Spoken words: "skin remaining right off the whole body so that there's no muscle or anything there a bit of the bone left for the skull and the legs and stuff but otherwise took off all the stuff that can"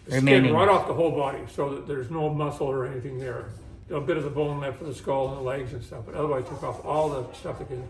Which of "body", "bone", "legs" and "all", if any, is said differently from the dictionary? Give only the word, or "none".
none